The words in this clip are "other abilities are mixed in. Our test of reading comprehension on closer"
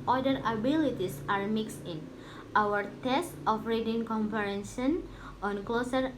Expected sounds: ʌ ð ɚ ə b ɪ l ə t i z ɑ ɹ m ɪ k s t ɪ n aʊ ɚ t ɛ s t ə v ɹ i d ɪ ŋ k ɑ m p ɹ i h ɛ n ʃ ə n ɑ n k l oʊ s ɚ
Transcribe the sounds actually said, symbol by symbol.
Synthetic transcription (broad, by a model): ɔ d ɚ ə b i l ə t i s ɑ ɹ m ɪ k s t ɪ n aʊ ɚ t ɛ s t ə f ɹ i d ɪ ŋ k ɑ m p i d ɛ n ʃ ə n ɑ n k l oʊ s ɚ